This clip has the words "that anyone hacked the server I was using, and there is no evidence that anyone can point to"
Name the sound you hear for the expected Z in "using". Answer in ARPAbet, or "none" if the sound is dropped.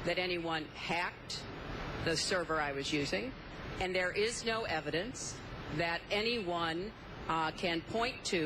Z